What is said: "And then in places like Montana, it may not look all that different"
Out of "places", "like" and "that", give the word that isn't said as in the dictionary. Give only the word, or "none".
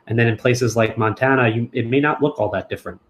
none